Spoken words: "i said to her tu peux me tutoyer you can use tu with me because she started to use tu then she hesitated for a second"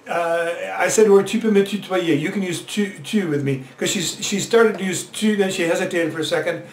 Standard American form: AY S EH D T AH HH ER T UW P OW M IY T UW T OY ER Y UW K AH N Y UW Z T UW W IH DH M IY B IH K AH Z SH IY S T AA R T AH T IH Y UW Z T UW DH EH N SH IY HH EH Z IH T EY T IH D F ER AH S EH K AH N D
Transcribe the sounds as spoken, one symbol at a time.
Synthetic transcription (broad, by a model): AY S EH D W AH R T UW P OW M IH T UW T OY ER Y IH K AH N Y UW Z T UW W IH DH M IY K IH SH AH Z SH IY S T AA R T AH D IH Y UW Z T UW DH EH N SH IY HH EH Z IH T EY T IH D F ER AH S EH K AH N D